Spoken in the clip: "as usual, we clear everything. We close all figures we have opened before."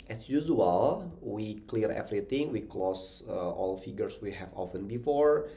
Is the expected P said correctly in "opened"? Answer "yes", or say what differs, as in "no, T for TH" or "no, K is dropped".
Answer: no, F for P